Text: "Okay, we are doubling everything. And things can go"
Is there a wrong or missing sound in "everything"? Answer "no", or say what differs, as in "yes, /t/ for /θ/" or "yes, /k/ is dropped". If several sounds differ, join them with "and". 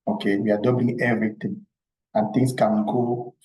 yes, /t/ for /θ/